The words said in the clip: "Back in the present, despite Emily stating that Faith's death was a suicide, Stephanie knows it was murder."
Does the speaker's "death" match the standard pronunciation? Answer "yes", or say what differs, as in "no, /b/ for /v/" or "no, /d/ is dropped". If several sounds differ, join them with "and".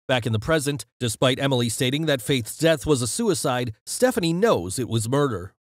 yes